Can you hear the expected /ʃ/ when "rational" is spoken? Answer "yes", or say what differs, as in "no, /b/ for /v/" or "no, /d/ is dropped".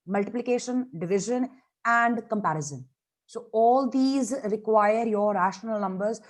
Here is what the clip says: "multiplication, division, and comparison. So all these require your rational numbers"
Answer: yes